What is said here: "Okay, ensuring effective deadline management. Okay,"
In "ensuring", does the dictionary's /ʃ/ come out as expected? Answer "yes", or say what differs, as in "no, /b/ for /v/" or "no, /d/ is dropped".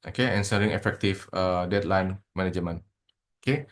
no, /s/ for /ʃ/